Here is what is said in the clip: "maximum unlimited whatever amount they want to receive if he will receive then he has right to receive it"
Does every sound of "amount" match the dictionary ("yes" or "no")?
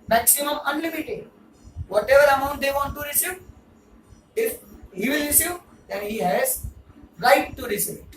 yes